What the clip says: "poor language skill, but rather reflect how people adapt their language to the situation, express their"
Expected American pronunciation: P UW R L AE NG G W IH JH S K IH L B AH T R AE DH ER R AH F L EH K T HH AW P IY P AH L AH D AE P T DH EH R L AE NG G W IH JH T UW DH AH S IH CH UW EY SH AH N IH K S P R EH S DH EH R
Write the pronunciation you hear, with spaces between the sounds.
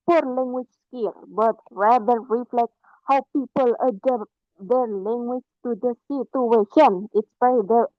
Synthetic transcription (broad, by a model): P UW R L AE NG G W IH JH S K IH L B AH T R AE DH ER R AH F L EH K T HH AW P IY P AH L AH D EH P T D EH R L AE NG G W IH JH T UW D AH S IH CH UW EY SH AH N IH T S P EH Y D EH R